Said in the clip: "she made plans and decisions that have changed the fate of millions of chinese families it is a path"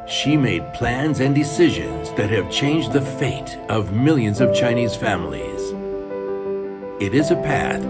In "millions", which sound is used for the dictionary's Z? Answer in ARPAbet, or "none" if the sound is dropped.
Z